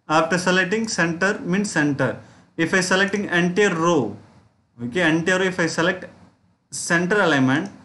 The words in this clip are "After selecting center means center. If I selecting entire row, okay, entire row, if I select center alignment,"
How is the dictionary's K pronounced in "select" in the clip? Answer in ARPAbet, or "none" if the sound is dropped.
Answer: K